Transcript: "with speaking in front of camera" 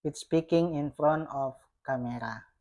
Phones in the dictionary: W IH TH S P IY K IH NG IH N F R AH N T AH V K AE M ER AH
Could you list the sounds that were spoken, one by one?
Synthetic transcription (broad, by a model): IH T S P IY K IH NG IH N F R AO N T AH F K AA M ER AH